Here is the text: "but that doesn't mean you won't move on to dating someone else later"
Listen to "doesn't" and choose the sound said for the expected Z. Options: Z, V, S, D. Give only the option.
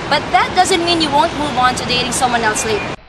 Z